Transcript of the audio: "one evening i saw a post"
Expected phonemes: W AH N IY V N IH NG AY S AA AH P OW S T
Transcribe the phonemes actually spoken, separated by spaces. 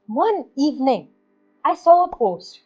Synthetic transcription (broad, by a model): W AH N IY V N IH NG AY S AA AH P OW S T